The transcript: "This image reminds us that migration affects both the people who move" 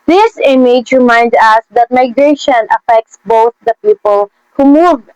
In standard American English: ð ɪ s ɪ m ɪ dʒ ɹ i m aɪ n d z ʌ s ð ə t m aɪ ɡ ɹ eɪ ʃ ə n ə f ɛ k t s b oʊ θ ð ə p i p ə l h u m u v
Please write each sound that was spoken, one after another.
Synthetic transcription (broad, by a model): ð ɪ s ɪ m ɪ dʒ ɹ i m aɪ n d ʌ s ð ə t m aɪ ɡ ɹ eɪ ʃ ə n ə f ɛ k t s b oʊ θ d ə p i p ə l h u m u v